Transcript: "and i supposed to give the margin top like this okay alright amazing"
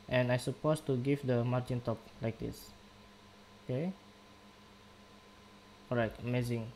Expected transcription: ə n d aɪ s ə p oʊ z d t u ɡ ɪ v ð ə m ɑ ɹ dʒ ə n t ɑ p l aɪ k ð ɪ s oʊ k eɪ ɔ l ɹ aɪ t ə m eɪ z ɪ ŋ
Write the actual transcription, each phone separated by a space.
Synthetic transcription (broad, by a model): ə n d aɪ s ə p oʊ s t u ɡ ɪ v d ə m ɑ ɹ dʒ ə n t ɑ p l aɪ k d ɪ s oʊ k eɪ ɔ ɹ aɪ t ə m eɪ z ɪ ŋ